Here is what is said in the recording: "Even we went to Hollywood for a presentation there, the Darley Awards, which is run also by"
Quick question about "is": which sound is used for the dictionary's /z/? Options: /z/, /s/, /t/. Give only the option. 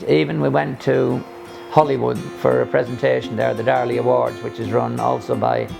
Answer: /z/